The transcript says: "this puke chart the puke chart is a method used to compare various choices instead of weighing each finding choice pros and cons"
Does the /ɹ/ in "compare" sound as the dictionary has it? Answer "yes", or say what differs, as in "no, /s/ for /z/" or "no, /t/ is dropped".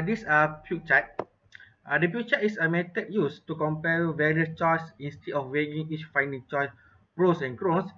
no, /l/ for /ɹ/